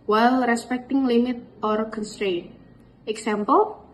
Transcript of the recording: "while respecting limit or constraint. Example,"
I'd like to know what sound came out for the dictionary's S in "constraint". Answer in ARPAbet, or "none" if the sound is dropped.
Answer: S